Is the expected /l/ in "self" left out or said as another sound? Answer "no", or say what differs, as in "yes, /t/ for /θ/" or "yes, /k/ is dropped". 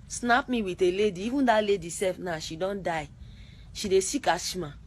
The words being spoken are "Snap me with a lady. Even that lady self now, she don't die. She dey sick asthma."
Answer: yes, /l/ is dropped